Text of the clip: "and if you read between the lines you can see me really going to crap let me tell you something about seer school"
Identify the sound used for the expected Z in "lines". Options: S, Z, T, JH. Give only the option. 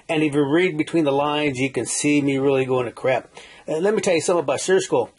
Z